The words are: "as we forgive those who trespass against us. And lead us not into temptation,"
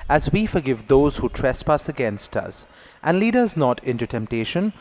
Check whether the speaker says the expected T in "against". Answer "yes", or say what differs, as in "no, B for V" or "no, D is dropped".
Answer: yes